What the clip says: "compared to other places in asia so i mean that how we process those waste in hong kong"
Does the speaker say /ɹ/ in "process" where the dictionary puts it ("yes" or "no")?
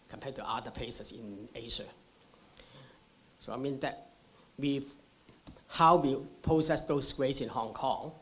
no